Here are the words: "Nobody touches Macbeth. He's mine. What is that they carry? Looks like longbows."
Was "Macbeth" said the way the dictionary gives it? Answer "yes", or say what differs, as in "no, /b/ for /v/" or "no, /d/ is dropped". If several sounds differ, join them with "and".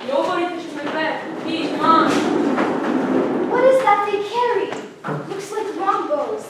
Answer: no, /k/ is dropped